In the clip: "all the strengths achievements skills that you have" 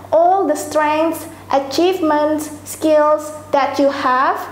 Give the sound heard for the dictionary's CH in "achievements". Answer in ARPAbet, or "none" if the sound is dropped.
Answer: CH